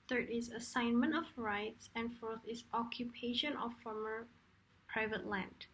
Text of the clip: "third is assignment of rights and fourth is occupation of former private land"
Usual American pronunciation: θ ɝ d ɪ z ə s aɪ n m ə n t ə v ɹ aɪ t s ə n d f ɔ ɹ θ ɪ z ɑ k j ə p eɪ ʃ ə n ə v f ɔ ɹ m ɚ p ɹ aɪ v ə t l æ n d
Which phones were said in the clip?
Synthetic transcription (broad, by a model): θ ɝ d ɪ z ə s aɪ n m ə n t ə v ɹ aɪ t s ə n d f ɔ ɹ θ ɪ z ɑ k j ə p eɪ ʃ ə n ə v f ɔ ɹ m ɚ p ɹ aɪ v ə t l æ n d